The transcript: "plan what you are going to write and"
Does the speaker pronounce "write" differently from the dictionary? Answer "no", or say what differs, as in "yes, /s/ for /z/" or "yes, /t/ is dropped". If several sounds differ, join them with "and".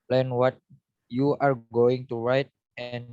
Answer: no